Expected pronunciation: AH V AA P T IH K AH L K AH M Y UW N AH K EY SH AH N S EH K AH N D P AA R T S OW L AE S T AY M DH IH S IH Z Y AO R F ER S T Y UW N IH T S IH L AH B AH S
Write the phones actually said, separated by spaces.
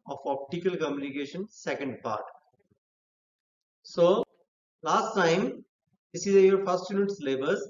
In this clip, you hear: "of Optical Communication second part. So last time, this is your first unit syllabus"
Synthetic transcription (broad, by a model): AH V AA P T IH K AH L K AH M Y UW N AH K EY SH AH N S EH K AH N D P AA R T S OW L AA S T AY M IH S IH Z Y AO R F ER S T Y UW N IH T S L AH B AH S